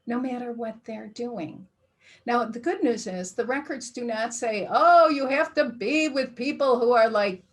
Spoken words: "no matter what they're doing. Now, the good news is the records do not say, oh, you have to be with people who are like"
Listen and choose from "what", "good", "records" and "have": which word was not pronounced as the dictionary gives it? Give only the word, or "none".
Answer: have